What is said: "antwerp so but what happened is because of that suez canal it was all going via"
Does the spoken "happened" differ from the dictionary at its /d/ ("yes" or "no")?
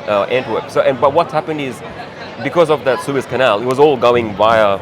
no